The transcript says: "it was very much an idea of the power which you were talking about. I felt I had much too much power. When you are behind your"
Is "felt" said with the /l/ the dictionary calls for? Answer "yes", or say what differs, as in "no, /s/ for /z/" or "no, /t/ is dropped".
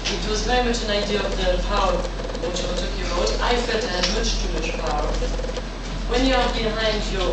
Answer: no, /l/ is dropped